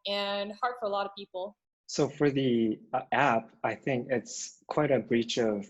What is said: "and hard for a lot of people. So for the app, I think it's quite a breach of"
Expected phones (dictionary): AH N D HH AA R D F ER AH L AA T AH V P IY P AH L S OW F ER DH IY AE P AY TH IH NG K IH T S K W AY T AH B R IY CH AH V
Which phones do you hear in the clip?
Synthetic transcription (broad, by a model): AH N HH AA R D F ER AH L AA T AH V P IY P L S OW F ER DH IY AE P AY TH IH NG K IH T S K W AY T AH B R IY CH AH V